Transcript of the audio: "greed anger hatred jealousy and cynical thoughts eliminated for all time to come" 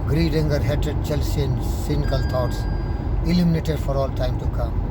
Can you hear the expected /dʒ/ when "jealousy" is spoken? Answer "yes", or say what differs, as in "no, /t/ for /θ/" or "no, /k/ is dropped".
no, /tʃ/ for /dʒ/